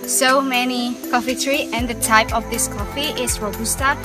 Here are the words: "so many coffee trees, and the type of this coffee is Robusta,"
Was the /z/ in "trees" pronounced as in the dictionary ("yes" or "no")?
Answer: no